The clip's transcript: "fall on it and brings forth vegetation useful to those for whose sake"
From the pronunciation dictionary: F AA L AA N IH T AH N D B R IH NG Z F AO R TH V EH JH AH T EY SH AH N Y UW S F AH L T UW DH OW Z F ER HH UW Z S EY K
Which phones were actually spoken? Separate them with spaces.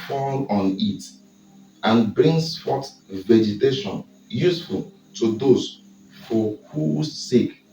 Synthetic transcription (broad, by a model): F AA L AA N IH T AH N B R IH NG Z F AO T V EH JH AH T EY SH AH N Y UW S F AH L T UW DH OW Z F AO HH UW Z S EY K